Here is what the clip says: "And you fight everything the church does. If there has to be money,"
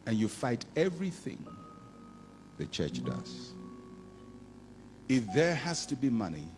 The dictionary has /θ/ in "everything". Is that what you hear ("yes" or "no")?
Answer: yes